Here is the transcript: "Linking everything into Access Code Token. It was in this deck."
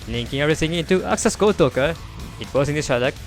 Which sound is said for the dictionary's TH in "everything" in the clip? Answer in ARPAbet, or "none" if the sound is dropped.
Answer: S